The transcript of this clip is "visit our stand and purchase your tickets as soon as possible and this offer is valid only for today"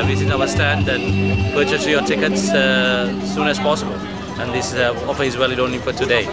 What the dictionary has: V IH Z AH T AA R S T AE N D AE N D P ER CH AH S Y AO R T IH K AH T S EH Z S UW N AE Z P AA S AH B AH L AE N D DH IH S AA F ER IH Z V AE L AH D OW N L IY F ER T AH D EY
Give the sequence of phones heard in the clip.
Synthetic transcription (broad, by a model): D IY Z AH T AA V S T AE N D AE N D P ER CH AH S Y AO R T IH K AH T S S UW N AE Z P AA S AH B AH L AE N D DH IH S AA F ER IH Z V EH L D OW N IY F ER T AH D EY